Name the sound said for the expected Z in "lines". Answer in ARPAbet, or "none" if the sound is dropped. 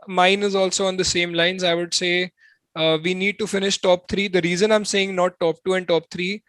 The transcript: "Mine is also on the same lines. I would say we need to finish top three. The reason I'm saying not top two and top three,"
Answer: Z